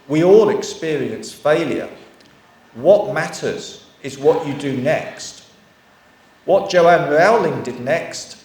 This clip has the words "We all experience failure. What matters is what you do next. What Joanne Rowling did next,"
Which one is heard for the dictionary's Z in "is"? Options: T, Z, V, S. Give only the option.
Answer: Z